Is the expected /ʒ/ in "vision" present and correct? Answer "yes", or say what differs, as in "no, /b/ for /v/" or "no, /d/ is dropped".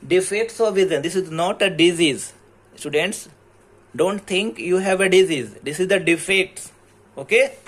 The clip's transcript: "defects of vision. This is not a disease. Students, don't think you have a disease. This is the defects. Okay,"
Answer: no, /z/ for /ʒ/